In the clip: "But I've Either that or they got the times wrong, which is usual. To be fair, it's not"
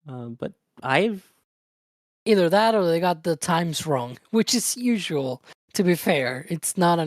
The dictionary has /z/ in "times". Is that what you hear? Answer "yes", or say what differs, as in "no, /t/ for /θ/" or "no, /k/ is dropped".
yes